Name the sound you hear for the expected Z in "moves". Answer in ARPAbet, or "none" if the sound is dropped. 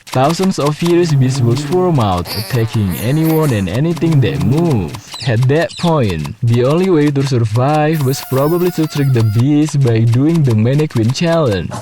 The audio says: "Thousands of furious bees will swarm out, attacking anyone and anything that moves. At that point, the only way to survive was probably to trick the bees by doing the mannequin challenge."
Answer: none